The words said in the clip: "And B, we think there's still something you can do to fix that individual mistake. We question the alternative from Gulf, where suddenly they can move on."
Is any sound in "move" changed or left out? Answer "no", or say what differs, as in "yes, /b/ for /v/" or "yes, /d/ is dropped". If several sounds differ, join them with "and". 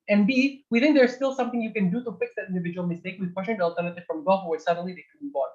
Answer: yes, /b/ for /v/